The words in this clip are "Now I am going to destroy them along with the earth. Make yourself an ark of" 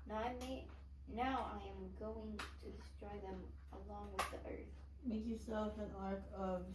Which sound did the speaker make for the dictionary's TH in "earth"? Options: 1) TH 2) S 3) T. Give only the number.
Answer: 1